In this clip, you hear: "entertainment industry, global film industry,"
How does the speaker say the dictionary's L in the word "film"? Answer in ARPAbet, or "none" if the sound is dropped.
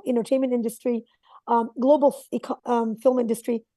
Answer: L